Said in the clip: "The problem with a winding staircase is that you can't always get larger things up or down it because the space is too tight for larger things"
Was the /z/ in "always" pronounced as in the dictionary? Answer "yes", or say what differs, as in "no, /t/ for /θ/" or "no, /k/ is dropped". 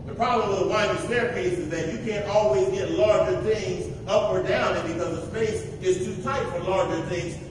yes